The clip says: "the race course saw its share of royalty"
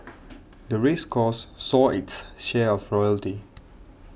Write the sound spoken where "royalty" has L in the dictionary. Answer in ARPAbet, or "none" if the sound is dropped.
L